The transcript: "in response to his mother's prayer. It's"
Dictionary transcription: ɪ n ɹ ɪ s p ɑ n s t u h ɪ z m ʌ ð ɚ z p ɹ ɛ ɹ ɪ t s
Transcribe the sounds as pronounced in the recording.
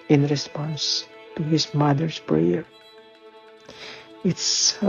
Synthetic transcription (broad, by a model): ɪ n ɹ ɪ s p ɑ n s t u h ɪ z m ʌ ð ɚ s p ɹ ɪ ɹ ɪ t s